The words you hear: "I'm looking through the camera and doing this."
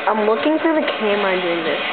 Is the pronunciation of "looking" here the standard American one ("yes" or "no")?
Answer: no